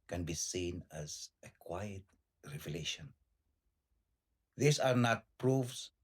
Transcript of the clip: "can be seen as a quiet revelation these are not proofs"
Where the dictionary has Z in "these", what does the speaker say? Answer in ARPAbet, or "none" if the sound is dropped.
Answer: S